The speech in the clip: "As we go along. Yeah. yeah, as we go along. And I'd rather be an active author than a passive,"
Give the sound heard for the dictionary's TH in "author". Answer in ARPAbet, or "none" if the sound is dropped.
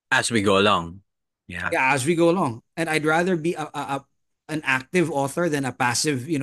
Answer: TH